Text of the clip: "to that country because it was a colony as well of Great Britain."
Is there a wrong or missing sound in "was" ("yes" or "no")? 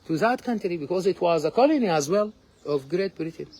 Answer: no